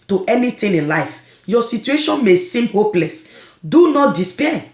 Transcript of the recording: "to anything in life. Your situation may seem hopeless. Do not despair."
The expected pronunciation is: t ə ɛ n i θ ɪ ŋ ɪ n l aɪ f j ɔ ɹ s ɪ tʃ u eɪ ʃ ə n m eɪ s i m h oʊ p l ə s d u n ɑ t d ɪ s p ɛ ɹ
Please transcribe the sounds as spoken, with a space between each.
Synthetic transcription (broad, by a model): t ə ɛ n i t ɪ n ɪ n l aɪ f j ɔ s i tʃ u eɪ ʃ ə n m eɪ s i m h oʊ p l ə s d u n ɑ t d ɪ s p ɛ